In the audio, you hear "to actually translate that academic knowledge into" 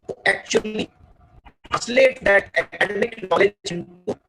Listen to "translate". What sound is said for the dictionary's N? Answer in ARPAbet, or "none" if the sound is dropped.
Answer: none